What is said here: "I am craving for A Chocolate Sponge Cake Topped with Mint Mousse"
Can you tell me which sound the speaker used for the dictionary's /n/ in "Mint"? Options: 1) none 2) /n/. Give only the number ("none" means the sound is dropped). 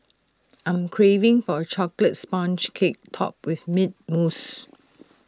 1